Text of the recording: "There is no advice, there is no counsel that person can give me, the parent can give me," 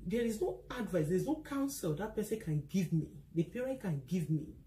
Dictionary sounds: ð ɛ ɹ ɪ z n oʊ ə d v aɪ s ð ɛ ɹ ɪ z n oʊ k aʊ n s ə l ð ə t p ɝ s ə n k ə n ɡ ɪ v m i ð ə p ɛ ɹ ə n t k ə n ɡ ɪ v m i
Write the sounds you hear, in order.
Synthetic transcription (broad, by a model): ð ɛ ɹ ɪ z n oʊ ə d v aɪ s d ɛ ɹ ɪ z n oʊ k aʊ n s ə l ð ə t p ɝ s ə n k ə n ɡ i v m i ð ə p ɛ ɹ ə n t k ə n ɡ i v m i